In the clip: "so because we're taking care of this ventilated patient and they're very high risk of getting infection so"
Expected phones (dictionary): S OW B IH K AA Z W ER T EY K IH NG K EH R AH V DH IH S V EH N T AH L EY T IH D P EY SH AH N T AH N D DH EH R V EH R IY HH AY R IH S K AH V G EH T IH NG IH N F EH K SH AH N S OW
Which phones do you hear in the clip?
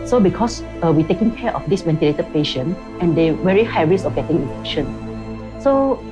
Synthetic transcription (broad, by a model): S OW B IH K AA S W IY T EY K IH NG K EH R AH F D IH S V EH N T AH L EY T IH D P EY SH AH N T AH N D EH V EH R IY HH AY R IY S AH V G EH T IH NG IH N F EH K SH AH N S OW